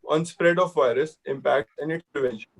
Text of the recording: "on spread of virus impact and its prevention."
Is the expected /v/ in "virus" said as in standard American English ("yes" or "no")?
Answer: yes